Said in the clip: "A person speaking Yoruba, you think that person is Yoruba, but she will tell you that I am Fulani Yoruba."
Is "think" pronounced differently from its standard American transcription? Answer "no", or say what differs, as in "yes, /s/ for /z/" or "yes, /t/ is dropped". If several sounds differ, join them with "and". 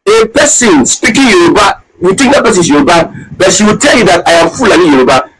yes, /t/ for /θ/